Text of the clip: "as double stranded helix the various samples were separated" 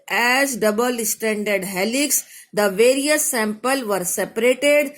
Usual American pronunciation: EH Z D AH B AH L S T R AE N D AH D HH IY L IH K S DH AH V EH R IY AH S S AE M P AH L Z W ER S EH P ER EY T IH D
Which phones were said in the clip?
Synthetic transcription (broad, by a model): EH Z D AH B AH L S T AE N D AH D HH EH L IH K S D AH V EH R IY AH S S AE M P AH L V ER S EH P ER EY T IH D